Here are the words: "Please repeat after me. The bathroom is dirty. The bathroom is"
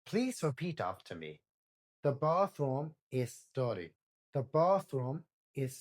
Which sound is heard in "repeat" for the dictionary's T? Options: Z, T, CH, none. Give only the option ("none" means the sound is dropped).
T